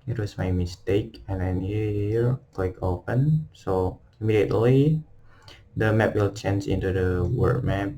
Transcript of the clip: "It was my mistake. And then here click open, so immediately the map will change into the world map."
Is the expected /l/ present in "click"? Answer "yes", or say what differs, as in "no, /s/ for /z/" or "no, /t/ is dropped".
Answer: no, /w/ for /l/